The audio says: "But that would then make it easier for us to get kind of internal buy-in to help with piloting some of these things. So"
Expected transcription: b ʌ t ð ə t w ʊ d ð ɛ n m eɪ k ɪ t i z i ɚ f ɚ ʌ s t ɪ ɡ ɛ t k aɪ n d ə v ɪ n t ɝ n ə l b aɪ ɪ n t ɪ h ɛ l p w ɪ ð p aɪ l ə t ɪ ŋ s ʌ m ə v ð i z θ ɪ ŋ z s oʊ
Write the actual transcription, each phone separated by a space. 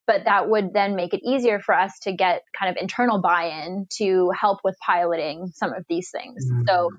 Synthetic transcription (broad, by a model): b ʌ t ð ə t w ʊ d ð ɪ n m eɪ k ɪ t i z i ɚ f ɚ ʌ s t ɪ ɡ ɛ t k aɪ n d ə v ɪ n t ɝ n l b aɪ ɪ n t ɪ h ɛ l p w ɪ ð p aɪ l ə t ɪ ŋ s ʌ m ə v ð i z θ ɪ ŋ z s oʊ